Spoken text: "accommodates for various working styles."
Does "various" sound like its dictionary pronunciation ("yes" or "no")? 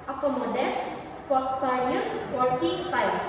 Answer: no